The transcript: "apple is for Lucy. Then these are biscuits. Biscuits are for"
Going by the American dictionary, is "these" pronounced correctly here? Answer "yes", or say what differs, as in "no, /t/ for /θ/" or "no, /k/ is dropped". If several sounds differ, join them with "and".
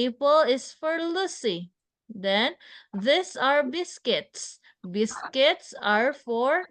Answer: no, /s/ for /z/